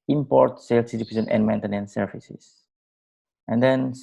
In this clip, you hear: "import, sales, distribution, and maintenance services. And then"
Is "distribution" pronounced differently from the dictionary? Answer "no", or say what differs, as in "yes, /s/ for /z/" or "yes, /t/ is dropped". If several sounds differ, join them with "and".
yes, /ɹ/ is dropped and /s/ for /ʃ/